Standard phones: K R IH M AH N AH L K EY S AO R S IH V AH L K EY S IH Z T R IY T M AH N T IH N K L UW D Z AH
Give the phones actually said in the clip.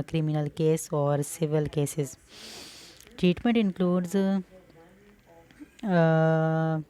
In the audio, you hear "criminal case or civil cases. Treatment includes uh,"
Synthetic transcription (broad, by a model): K R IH M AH N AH L K EY S AO R S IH V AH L K EY S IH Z T R IY T M AH N T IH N K L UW D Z